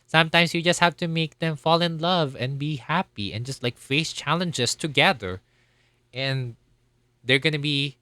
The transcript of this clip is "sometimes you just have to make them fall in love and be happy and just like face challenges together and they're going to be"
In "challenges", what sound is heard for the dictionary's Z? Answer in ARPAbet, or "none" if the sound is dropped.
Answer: S